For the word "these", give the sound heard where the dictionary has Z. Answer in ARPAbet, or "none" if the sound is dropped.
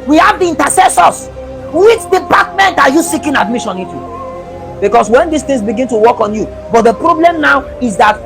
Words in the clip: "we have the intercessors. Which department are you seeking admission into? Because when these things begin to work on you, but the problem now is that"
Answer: S